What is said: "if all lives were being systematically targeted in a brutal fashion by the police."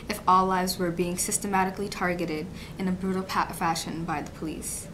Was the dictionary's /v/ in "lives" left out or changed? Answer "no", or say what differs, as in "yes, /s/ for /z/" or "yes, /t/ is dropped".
no